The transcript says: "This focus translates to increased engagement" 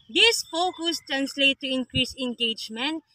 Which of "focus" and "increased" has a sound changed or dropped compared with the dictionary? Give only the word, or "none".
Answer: increased